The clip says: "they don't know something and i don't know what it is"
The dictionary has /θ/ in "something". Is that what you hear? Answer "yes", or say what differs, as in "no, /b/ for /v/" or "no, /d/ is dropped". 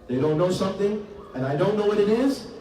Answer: yes